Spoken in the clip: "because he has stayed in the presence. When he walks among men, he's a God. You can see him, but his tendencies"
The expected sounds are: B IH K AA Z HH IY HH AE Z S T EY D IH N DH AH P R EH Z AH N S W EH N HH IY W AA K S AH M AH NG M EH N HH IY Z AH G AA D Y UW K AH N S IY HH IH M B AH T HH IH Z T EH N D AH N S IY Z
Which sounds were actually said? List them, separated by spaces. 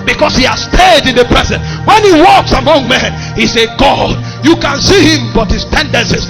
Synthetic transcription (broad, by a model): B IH K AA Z HH IY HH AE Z S T EY D IH N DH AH P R EH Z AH N W EH N HH IY W AA K S AH M AH NG M EH N HH IY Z AH G AA D Y UW K AH N S IY HH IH M B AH T HH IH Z T EH N D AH N S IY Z